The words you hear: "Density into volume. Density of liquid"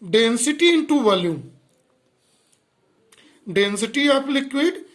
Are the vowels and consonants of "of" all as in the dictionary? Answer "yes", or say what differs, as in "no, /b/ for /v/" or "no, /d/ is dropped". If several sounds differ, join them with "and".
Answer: no, /p/ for /v/